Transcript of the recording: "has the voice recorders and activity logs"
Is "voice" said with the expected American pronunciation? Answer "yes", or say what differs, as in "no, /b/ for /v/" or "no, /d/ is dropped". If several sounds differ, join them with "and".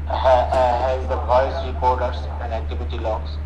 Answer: no, /p/ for /v/